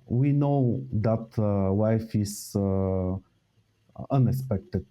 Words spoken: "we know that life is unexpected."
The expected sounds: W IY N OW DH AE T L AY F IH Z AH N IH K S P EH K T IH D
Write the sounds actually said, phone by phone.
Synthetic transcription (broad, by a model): W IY N OW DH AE T W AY F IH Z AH N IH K S P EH K T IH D